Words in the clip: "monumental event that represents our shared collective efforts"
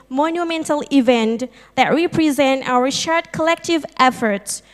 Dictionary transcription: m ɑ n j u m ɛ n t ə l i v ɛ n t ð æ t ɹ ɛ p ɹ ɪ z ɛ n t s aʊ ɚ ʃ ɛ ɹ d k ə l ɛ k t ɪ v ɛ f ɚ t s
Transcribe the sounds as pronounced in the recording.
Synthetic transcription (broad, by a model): m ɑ n j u m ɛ n t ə l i v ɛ n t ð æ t ɹ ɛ p ɹ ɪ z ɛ n t aʊ ɚ ʃ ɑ ɹ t k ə l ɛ k t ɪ v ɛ f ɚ t s